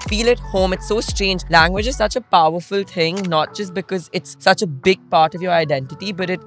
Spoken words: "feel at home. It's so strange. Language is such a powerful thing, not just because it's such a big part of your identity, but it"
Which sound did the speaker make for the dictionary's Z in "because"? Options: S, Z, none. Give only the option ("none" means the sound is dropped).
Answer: Z